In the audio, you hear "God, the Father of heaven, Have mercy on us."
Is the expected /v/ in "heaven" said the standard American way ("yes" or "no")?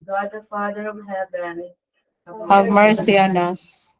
no